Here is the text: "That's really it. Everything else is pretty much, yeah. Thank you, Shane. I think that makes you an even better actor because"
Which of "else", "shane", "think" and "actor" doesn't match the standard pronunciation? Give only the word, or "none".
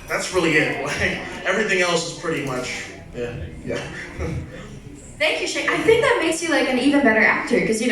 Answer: shane